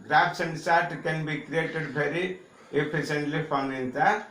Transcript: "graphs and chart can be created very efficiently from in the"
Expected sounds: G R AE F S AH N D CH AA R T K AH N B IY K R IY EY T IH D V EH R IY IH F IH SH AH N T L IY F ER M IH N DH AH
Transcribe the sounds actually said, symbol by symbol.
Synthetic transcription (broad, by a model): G R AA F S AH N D S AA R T K AH N B IY K R IY EY T IH D B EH R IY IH P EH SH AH N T L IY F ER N IH N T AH